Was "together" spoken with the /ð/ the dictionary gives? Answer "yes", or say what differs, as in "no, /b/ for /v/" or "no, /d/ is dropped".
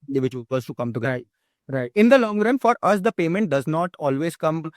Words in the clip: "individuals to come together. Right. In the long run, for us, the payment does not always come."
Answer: no, /ð/ is dropped